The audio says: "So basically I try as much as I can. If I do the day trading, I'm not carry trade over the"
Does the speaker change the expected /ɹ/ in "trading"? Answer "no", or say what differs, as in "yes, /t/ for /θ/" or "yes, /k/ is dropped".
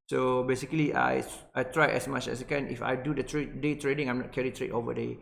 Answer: no